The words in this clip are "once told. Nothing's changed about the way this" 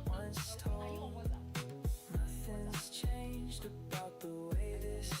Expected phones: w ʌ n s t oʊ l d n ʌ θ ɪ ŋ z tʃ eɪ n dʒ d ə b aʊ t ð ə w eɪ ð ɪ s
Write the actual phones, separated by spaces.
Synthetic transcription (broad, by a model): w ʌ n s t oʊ n ʌ θ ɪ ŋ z tʃ eɪ n dʒ d ə b aʊ t ð ə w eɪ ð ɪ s